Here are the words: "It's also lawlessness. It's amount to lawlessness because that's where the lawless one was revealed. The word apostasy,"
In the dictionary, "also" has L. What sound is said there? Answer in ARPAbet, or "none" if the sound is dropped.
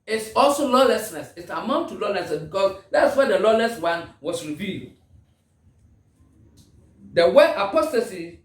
L